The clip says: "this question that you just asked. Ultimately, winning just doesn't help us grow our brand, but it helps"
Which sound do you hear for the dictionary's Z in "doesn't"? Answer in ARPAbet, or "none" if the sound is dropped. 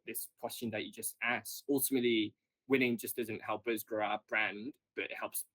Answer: Z